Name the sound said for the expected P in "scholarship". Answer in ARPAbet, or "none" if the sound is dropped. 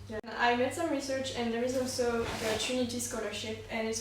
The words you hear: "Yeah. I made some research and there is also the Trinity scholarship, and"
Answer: P